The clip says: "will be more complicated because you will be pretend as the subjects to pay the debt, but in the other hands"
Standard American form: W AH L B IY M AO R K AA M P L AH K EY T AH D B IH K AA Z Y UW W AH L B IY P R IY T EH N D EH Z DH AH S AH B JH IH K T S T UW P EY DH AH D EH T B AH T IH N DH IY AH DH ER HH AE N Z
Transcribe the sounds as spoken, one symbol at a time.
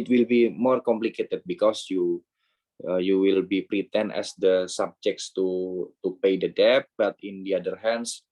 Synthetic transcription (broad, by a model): W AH L B IY M AO R K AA M P L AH K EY T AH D B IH K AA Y Y UW W AH L B IY P R IY T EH N EH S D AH S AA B JH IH K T S T UW P EY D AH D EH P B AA T IH N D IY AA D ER HH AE N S